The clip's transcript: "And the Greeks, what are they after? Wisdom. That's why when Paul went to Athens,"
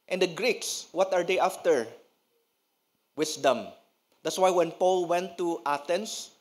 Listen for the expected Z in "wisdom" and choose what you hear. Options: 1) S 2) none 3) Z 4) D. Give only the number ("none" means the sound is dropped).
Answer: 1